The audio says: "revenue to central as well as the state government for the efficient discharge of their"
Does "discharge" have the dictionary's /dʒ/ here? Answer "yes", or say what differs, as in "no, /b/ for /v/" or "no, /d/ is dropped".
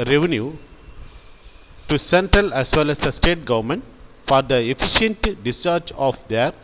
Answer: no, /tʃ/ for /dʒ/